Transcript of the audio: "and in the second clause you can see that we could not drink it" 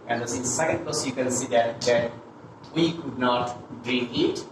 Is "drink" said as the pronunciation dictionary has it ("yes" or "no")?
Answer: no